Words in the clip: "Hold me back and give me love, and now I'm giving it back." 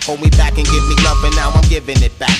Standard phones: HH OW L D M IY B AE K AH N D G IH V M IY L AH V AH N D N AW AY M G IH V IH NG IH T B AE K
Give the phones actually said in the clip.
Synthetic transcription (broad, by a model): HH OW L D M IY B AE K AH N G IH V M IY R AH P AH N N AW AY M G IH V IH NG IH T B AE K